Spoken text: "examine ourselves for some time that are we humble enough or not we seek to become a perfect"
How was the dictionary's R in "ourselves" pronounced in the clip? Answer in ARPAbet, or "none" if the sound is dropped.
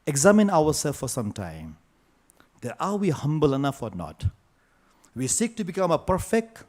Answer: W